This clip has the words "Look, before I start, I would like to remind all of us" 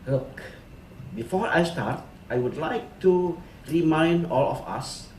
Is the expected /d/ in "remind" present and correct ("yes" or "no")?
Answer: yes